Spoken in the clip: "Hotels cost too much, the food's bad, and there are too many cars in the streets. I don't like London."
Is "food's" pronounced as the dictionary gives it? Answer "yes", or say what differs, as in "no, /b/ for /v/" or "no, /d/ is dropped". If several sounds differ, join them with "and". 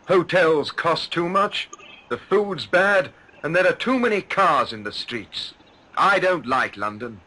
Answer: yes